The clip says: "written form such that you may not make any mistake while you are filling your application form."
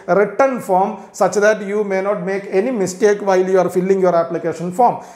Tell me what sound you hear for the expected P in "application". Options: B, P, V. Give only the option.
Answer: P